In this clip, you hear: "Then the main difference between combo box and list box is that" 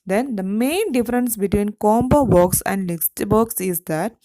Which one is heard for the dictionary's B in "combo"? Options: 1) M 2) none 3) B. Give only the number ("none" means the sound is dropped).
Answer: 3